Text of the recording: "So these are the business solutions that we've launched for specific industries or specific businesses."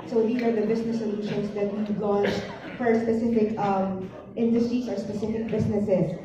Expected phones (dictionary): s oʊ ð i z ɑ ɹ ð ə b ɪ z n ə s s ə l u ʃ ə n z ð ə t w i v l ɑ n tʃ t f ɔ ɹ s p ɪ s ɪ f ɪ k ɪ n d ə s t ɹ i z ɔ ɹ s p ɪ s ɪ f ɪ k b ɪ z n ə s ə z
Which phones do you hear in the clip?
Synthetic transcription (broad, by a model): s oʊ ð i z ɑ ɹ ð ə b ɪ s n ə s s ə l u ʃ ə n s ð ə t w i l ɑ n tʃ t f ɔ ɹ s p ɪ s ɪ f ɪ k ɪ n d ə s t ɹ i s ɔ ɹ s p ɪ s ɪ f ɪ k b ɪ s n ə s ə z